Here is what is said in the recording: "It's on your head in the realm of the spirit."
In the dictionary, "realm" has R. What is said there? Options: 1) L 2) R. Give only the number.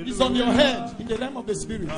1